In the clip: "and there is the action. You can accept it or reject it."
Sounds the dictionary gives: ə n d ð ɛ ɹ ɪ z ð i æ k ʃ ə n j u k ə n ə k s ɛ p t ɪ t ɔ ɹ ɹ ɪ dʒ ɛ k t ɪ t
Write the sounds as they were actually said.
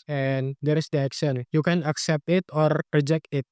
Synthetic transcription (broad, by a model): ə n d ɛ ɹ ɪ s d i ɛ k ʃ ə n j u k ə n ə k s ɛ p t ɪ t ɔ ɹ ɹ ɪ dʒ ɛ k t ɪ t